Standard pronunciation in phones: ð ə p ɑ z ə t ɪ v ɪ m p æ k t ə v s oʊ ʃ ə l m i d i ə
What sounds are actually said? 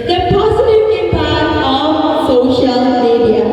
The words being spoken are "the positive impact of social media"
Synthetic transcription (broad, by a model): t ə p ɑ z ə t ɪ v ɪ p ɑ t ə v s oʊ ʃ ə l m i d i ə